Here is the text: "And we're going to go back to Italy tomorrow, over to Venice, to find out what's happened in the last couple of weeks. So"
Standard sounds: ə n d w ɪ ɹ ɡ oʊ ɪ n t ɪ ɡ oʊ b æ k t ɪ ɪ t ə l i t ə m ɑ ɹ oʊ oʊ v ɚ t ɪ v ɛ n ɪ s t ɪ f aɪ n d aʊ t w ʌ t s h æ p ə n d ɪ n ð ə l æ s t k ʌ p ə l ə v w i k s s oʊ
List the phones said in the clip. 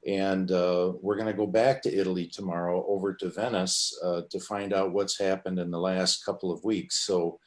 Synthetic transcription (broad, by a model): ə n w ɪ ɹ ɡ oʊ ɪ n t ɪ ɡ oʊ b æ k t ɪ ɪ t l i t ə m ɑ ɹ oʊ oʊ v ɚ t ɪ v ɛ n ɪ s t ɪ f aɪ n d aʊ t w ʌ t s h æ p ə n d ɪ n ð ə l æ s t k ʌ p l ə v w i k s s oʊ